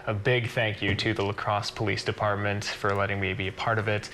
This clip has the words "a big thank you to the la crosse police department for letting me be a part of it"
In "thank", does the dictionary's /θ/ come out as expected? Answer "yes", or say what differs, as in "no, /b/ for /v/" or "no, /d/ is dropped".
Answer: yes